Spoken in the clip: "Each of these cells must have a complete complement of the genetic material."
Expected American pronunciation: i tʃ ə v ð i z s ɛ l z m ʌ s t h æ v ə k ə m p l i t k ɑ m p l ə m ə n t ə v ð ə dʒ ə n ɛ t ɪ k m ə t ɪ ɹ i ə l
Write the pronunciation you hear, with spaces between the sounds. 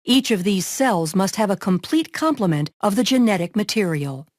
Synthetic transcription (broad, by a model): i tʃ ə v ð i z s ɛ l z m ʌ s t h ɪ v ə k ə m p l i t k ɑ m p l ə m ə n t ə v ð ə dʒ ə n ɛ t ɪ k m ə t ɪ ɹ i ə l